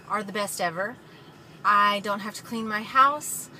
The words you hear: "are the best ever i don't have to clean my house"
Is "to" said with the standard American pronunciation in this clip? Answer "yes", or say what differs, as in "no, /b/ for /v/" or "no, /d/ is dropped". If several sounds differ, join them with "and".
yes